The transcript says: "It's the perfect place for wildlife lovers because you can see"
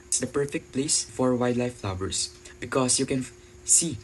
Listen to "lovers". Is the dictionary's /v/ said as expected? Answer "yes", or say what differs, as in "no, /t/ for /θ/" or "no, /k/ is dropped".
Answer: no, /w/ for /v/